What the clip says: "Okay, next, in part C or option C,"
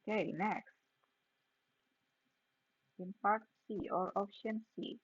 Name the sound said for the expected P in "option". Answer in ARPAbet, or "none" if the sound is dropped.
F